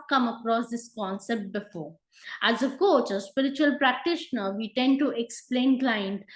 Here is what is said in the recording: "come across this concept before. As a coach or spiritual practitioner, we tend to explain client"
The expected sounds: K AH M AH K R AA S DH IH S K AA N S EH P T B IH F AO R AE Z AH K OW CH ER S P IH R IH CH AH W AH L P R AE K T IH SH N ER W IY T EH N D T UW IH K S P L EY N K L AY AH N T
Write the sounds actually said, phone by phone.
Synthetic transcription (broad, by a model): K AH M AH K R AA S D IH S K AA N S EH P T B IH F AO R AE Z AH K OW CH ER S P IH R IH CH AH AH L P R AE K T IH SH N ER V IY T EH N D T UW IH K S P L EY N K L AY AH N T